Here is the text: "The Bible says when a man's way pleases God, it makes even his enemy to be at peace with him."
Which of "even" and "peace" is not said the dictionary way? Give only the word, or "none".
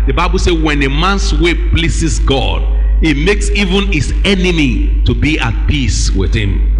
none